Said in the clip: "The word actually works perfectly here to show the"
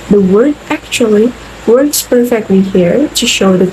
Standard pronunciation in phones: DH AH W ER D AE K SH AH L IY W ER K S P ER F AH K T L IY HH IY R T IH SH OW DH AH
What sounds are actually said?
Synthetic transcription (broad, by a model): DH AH W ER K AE K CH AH L IY W ER K S P ER F AH K T L IY HH IY R T IH SH OW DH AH